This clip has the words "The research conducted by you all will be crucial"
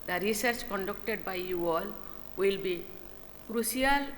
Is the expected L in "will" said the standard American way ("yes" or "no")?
yes